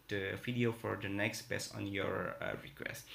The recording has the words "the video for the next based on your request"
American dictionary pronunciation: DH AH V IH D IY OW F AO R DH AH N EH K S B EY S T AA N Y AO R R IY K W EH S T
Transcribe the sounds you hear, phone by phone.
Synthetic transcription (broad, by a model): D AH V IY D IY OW F AO R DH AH N EH K S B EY S AA N Y AO R R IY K W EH S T